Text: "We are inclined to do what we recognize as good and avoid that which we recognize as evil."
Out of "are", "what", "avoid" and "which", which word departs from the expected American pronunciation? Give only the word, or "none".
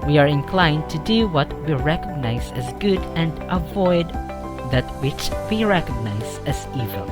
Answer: none